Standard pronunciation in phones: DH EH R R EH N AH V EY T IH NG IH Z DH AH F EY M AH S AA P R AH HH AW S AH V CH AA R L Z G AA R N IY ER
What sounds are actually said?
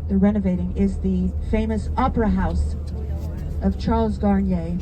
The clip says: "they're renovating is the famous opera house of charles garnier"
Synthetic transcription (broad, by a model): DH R R EH N AH V EY T IH NG IH Z DH AH F EY M AH S AA P R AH HH AW S AH V CH AA R L Z G AA R N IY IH